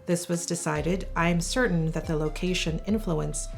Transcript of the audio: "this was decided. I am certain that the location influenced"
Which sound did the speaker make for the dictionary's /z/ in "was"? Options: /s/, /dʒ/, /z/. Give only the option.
/z/